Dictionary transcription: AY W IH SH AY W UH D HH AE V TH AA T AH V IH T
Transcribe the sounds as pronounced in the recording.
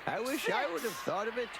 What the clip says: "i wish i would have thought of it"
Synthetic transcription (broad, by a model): AY W IH SH AY W UH D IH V TH AA T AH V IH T